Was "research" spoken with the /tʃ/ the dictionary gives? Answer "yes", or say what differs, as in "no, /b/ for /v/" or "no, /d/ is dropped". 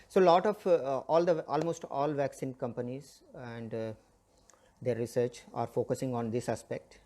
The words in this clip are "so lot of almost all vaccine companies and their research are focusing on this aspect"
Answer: yes